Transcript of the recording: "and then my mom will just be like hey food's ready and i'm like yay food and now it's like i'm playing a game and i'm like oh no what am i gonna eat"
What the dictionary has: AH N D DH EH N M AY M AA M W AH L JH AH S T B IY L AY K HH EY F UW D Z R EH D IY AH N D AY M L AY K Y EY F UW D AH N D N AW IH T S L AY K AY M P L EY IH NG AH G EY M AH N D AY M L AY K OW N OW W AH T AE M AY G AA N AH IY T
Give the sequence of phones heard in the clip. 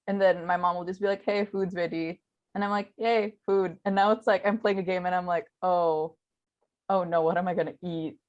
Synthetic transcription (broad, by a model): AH N DH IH N M AY M AA M W AH L JH AH S B IY L AY K HH EY F UW D Z W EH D IY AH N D AY M L AY K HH EY F UW D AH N N AW IH T S L AY K AY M P L EY IH NG AH G EY M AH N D AY M L AY K OW N OW W AH T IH M AY G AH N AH IY T